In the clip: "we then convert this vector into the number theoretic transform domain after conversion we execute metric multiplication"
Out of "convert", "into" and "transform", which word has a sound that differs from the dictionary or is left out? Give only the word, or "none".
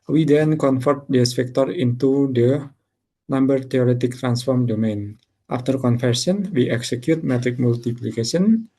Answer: convert